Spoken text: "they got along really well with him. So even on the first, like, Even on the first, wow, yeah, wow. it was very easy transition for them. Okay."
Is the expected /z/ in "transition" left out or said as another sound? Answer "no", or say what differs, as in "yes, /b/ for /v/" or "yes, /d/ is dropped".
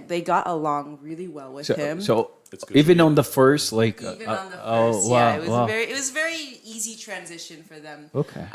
no